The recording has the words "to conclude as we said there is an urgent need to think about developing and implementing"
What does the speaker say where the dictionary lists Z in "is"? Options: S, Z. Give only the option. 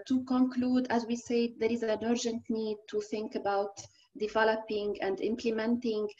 Z